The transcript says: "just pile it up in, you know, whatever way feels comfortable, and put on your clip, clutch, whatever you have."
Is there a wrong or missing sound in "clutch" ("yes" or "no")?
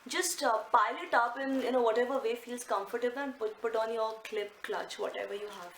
no